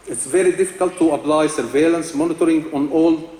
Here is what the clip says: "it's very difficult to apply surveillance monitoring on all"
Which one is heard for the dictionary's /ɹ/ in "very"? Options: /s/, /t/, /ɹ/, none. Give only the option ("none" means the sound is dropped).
/ɹ/